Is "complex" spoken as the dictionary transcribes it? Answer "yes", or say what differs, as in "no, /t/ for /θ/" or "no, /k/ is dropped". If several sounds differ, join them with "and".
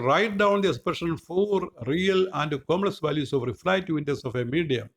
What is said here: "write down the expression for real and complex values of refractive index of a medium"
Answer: no, /p/ is dropped and /k/ is dropped